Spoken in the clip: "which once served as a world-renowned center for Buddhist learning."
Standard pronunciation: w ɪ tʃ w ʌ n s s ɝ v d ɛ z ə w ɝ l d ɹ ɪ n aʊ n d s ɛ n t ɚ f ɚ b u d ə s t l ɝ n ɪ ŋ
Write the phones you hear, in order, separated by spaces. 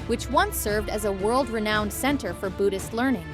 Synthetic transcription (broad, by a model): w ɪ tʃ w ʌ n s s ɝ v d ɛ z ə w ɝ l d ɹ ɪ n aʊ n d s ɛ n t ɚ f ɚ b u d ə s t l ɝ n ɪ ŋ